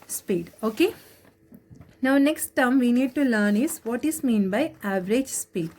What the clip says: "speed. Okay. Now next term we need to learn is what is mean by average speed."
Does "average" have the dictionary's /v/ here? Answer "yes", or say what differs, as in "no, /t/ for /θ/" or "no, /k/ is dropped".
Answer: yes